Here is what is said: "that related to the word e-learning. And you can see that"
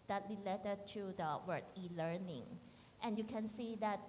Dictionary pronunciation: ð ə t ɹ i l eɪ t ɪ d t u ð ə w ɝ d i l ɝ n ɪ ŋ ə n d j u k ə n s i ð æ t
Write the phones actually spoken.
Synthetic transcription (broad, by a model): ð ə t l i l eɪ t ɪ t u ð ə w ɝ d i l ɝ n ɪ ŋ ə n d j u k ə n s i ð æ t